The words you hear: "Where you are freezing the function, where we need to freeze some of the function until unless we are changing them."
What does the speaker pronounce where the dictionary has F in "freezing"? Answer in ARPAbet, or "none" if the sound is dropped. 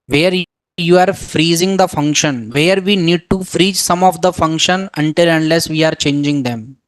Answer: F